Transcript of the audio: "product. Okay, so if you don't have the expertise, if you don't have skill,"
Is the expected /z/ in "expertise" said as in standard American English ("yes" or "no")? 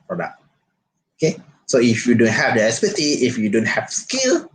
no